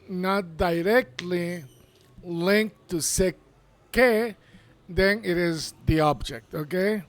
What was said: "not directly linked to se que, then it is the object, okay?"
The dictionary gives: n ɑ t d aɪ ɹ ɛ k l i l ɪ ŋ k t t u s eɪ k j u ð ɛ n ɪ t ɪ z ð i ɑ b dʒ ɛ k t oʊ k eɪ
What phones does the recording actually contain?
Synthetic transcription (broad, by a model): n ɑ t d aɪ ɹ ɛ k l i l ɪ ŋ k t t u s eɪ k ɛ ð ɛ n ɪ t ɪ z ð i ɑ b dʒ ɛ k t oʊ k eɪ